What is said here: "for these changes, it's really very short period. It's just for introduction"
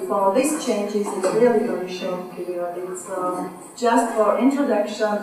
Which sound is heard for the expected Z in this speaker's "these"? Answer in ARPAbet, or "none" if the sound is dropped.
S